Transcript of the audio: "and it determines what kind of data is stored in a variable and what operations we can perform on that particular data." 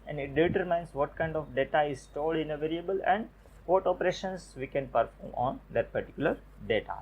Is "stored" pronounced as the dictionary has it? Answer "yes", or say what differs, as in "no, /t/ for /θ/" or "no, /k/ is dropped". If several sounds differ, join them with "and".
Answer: no, /l/ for /ɹ/